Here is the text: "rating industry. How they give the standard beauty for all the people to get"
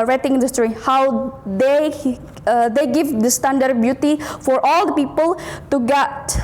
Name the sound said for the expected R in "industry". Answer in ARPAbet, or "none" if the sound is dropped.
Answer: R